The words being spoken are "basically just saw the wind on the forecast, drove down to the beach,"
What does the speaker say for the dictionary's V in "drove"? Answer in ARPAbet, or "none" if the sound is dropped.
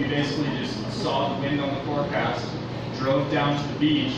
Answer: V